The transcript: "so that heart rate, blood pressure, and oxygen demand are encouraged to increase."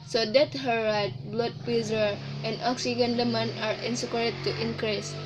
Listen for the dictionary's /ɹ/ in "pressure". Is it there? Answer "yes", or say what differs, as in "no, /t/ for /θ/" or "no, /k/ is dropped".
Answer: no, /ɹ/ is dropped